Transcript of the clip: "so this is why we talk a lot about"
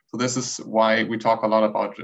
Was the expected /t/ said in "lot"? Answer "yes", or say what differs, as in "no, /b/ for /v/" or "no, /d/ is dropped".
yes